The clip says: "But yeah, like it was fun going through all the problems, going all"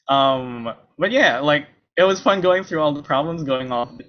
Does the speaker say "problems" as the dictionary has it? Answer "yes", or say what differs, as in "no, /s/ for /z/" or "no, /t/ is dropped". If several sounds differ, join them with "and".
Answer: yes